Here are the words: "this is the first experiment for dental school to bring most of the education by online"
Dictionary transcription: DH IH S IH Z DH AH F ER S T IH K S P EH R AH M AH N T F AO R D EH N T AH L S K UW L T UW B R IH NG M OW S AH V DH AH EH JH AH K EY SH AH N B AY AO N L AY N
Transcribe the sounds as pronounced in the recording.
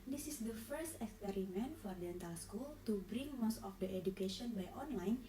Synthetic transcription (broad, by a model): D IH S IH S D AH F ER S T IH K S P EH R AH M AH N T F AO R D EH N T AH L S K UW L T UW B R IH NG M OW S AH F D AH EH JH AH K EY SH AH N B AY AO N L AY N